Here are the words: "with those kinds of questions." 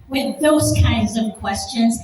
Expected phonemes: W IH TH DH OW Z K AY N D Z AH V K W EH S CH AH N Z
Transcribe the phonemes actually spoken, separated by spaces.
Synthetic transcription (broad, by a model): W IH DH OW Z K AY N D Z AH V K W EH S CH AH N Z